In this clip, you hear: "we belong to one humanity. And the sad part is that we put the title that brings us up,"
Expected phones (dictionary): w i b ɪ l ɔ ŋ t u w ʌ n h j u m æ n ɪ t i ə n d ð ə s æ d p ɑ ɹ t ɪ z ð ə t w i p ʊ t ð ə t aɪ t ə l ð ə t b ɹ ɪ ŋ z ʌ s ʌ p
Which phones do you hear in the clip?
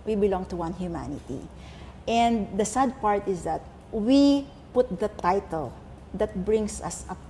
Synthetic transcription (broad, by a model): w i b ɪ l ɔ ŋ t u w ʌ n h j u m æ n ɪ t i ə n d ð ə s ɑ d p ɑ ɹ t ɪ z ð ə t w i p ʊ t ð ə t aɪ t ə l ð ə t b ɹ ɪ ŋ s ʌ s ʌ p